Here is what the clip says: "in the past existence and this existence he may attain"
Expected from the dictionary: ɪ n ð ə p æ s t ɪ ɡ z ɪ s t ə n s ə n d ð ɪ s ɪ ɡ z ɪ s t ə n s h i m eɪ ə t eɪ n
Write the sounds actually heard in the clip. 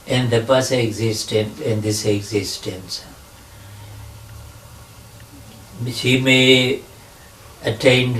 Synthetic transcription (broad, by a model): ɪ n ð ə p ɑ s ɪ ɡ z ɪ s t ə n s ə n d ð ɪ s ɪ ɡ z ɪ s t ə n s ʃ i m eɪ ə t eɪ n